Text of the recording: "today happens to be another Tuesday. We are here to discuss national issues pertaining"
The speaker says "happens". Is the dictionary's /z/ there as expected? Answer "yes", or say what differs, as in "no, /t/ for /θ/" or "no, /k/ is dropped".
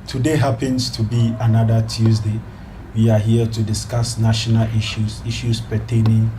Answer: no, /s/ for /z/